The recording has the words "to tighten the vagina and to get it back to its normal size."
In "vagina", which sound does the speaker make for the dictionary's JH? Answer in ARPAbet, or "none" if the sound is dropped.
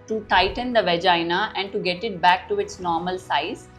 JH